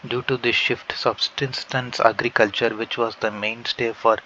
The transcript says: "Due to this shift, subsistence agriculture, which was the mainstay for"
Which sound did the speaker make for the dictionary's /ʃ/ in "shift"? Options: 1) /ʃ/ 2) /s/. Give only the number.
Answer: 1